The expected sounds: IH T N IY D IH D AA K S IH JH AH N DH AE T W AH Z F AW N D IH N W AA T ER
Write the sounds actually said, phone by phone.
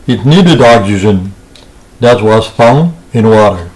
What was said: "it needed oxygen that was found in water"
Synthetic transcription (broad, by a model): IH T N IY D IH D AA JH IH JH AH N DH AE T W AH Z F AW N IH N W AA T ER